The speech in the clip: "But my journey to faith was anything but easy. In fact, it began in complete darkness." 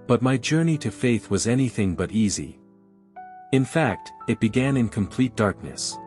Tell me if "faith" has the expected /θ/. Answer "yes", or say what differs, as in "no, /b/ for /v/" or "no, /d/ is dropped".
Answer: yes